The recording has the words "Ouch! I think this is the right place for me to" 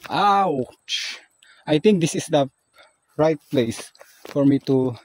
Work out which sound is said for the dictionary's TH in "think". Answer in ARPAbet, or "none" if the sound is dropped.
T